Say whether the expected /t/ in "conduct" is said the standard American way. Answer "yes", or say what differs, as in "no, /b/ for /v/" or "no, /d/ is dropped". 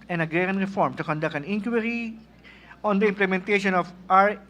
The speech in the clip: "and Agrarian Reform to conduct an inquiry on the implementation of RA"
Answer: no, /t/ is dropped